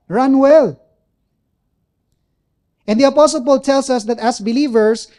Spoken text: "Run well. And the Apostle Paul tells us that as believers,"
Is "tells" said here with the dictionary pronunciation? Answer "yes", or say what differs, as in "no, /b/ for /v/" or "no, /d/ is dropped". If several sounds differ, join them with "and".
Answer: no, /s/ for /z/